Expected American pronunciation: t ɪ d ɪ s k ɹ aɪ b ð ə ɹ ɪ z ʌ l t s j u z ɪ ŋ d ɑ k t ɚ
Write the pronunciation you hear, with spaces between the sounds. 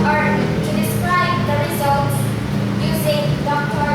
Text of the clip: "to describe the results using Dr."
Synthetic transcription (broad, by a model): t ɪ d ɪ s k ɹ aɪ b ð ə ɹ ɪ z ʌ l t s j u z ɪ ŋ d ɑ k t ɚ